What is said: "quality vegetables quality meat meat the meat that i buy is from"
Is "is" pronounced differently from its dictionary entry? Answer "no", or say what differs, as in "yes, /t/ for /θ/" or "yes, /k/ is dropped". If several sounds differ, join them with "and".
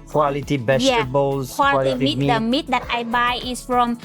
yes, /s/ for /z/